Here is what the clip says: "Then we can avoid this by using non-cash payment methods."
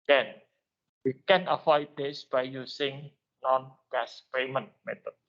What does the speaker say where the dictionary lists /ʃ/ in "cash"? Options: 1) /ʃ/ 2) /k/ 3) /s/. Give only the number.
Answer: 3